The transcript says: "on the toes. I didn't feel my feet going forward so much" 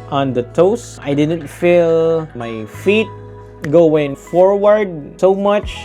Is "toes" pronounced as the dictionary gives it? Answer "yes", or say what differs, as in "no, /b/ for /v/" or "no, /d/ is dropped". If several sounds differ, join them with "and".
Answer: no, /s/ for /z/